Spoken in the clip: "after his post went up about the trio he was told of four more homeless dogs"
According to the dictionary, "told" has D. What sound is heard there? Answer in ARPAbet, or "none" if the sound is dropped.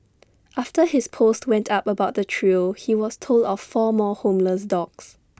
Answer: D